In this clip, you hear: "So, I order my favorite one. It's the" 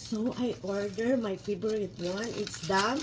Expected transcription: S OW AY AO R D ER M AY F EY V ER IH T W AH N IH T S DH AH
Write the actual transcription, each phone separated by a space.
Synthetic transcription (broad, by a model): S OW AY AO R D ER M AY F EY B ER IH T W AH N IH T S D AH